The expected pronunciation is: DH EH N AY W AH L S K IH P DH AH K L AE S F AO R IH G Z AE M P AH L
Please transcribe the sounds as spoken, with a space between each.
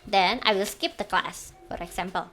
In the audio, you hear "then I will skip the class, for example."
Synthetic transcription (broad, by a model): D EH N AY W AH L S K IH P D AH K L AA S F AO R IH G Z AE M P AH L